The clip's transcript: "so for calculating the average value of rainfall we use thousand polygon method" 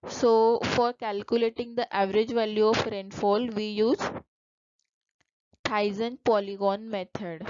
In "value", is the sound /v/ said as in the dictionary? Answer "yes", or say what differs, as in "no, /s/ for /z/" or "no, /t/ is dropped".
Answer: yes